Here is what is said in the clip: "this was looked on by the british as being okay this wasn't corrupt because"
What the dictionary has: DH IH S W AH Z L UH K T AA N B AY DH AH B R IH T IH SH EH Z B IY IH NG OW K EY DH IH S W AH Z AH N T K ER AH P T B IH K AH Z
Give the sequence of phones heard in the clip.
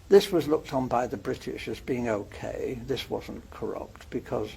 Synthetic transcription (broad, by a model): DH IH S W AH Z L UH K T N B AY DH AH B R IH T IH SH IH Z B IY IH NG OW K EY DH IH S W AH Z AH N K ER AH P T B IH K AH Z